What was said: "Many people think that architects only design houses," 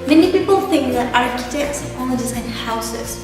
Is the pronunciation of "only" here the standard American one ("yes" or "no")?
no